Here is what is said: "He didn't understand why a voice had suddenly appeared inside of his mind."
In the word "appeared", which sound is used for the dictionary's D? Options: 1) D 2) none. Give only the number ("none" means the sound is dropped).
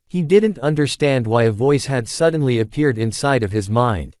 1